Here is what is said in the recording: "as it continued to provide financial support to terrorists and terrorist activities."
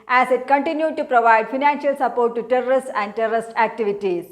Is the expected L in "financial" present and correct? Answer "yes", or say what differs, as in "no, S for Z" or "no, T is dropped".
yes